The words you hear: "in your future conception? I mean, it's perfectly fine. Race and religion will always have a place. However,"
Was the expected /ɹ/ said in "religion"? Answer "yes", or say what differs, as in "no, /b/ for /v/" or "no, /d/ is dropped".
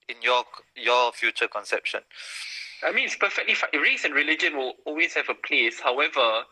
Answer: yes